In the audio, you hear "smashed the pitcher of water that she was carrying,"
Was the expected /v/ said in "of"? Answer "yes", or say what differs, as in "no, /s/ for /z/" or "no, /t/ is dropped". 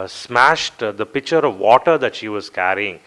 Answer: yes